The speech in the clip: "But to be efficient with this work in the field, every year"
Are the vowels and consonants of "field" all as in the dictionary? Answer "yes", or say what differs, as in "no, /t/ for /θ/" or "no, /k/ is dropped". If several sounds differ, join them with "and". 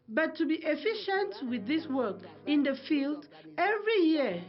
yes